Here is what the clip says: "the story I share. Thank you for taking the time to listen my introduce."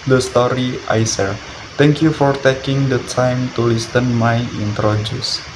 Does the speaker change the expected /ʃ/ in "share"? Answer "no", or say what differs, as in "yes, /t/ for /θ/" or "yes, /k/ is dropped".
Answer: yes, /s/ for /ʃ/